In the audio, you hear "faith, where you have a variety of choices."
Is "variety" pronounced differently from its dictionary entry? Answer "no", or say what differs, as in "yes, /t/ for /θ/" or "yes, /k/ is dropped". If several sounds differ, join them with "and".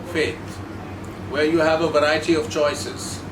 no